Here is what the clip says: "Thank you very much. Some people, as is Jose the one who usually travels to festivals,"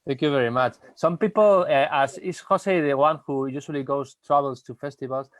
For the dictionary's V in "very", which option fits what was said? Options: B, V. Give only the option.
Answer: V